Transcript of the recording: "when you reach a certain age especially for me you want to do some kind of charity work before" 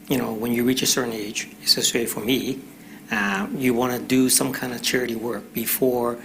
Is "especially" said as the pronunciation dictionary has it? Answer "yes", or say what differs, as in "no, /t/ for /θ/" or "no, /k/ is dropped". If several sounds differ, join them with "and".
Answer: no, /p/ is dropped and /s/ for /ʃ/